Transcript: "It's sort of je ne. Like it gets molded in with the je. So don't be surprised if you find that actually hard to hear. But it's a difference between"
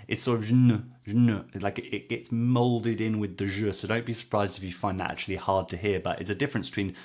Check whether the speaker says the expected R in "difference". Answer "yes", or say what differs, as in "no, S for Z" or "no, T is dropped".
yes